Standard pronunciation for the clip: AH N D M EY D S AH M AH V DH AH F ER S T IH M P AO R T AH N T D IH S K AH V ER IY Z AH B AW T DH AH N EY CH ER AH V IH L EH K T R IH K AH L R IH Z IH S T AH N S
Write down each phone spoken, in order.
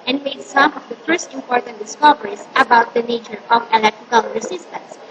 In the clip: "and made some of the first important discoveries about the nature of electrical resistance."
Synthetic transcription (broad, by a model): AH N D M EY D S AH M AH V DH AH F ER S T IH M P AO R T AH N T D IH S K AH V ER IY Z AH B AW T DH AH N EY CH ER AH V IH L EH K T R IH K AH L R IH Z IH S T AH N S